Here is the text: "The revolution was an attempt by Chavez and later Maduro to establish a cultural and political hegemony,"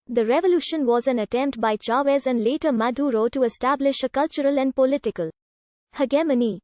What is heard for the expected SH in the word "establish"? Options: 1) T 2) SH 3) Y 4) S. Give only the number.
2